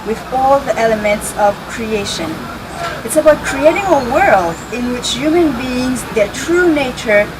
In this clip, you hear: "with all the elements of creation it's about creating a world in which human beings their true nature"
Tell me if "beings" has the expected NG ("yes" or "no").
yes